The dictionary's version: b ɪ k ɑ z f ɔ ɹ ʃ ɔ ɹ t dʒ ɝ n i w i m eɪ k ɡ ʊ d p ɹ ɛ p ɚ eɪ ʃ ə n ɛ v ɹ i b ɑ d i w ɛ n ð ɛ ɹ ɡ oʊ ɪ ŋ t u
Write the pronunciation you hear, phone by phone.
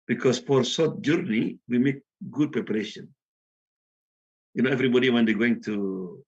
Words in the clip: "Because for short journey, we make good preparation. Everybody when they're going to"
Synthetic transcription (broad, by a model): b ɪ k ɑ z f ɔ ɹ s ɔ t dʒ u n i w i m eɪ k ɡ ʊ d p ɹ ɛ p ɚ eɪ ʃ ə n ɛ v ɹ i b ɑ d i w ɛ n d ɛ ɡ oʊ ɪ ŋ t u